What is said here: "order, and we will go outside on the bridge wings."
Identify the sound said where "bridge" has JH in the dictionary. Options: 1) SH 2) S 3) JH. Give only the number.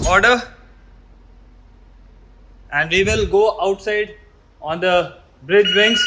3